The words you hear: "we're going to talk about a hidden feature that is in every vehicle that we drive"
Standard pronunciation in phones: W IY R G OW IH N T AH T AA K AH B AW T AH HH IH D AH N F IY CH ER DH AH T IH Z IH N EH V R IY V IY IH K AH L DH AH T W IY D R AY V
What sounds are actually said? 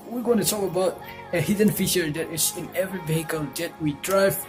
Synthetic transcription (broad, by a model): W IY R G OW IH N T AH T AA K AH B AW T AH HH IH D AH N F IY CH ER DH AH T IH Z IH N EH V R IY V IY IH K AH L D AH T W IY D R AY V